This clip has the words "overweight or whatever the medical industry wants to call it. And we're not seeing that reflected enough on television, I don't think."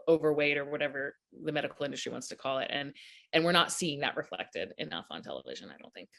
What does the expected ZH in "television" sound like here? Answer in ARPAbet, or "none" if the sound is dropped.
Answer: ZH